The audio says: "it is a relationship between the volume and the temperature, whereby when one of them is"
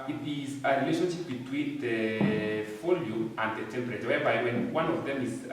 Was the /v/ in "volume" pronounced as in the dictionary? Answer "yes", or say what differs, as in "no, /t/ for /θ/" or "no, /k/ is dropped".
no, /f/ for /v/